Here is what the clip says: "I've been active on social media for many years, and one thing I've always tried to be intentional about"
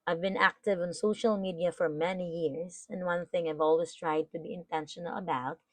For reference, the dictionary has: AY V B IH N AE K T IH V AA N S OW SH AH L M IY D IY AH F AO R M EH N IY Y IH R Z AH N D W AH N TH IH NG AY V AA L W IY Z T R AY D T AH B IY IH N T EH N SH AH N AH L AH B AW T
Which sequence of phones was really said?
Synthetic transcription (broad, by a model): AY V B IH N AE K T IH V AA N S OW SH AH L M IY D IY AH F AO R M EH N IY Y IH R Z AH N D W AH N TH IH NG AY V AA L W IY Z T R AY D T AH B IY IH N T EH N SH AH N AH L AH B AW T